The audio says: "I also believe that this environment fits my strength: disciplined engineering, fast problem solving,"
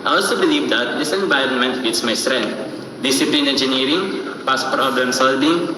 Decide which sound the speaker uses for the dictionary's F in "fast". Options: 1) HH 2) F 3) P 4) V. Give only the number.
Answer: 3